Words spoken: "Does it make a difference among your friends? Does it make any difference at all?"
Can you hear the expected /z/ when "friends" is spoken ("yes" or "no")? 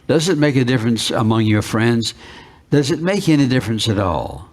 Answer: yes